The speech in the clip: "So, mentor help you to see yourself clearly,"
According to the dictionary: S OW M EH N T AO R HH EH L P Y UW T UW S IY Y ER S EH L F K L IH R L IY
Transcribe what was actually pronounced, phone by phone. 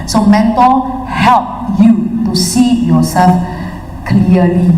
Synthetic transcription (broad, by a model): S OW M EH N T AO L HH EH L P Y UW T UW S IY Y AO S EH L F K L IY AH L IY